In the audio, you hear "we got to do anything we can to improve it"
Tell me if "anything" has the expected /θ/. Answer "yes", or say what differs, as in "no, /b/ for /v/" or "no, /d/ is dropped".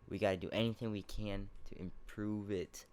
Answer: yes